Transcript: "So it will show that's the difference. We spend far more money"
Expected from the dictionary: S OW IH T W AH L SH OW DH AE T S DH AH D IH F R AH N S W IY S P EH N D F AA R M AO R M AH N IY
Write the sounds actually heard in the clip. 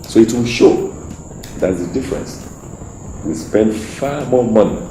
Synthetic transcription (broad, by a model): S OW IH T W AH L SH OW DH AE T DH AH D IH F R AH N S W IY S P EH N D F AA M AO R M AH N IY